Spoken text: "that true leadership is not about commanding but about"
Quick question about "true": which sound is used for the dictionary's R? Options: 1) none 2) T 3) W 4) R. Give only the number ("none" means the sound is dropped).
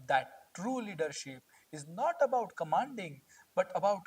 4